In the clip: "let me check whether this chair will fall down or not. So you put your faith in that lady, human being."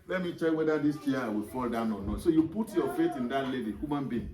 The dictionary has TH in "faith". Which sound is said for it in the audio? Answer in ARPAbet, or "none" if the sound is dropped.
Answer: T